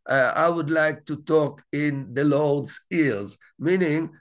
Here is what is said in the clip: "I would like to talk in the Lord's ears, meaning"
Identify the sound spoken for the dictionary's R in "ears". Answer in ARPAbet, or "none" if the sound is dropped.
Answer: L